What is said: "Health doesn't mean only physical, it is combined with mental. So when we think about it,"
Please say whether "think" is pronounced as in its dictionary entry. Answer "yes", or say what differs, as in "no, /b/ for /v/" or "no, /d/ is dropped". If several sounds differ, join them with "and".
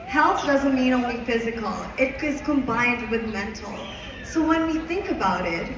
yes